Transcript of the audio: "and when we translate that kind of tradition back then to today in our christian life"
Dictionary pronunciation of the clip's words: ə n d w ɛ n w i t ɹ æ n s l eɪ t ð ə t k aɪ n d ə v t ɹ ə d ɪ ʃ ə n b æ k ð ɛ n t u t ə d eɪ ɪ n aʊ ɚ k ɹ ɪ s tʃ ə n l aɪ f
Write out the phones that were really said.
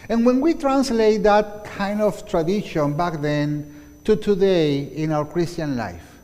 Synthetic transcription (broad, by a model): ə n w ɛ n w i t ɹ æ n s l eɪ t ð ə t k aɪ n d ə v t ɹ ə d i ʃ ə n b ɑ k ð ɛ n t u t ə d eɪ ɪ n aʊ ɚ k ɹ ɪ s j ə n l aɪ f